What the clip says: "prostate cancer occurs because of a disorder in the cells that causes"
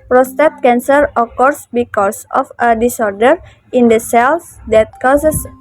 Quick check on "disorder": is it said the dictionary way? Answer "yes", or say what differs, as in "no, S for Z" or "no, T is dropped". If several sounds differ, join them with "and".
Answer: yes